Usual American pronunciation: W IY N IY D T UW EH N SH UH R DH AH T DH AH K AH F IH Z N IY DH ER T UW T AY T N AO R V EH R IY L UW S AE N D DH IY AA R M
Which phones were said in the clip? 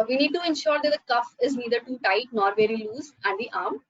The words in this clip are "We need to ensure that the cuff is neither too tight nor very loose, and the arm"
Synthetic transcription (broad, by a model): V IY N IY D T UW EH N SH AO R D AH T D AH K AH F IH Z N IY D ER T UW T AY T N AO R V EH R IY L UW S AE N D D IY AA R M